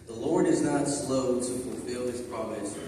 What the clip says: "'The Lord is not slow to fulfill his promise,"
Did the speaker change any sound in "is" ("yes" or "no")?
no